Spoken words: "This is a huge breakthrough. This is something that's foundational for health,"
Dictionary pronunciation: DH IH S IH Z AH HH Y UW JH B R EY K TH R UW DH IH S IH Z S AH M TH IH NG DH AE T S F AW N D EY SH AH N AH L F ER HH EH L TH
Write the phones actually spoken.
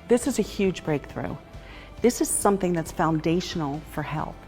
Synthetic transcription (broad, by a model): DH IH S IH Z AH HH Y UW JH B R EY K TH R UW DH IH S IH Z S AH M TH IH NG DH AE T S F AW N D EY SH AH N L F ER HH EH L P